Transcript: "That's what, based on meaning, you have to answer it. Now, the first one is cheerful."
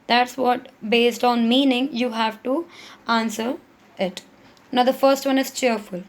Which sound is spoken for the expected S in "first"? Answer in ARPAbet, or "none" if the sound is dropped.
S